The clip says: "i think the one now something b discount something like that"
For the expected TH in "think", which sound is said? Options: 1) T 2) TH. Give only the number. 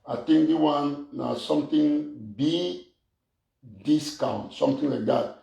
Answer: 1